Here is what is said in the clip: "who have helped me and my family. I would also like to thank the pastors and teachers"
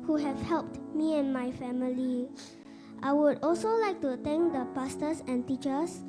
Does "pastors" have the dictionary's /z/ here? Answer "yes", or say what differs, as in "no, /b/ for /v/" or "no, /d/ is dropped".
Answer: no, /s/ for /z/